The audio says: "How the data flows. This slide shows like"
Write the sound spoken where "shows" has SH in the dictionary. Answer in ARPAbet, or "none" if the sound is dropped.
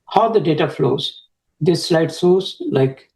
S